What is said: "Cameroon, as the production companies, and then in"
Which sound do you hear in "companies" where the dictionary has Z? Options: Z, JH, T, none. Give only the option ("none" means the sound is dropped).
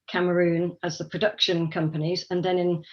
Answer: Z